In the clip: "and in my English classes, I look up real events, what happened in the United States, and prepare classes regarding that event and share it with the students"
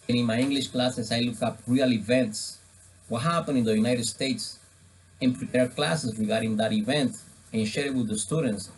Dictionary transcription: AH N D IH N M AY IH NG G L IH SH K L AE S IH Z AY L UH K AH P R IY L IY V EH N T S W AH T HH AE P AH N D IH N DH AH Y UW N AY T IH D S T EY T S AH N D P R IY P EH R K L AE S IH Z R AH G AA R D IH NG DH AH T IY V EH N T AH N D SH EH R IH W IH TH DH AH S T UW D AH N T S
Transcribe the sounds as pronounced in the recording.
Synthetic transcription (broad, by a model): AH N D IH N M AY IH NG G L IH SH K L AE S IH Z AY L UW K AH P R IY L IY V EH N T S W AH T HH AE P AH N IH N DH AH Y UW N AY T IH D S T EY T S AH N P R IY P EH R K L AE S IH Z R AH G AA R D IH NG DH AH T IY V EH N T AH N SH EH R W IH DH AH S T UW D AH N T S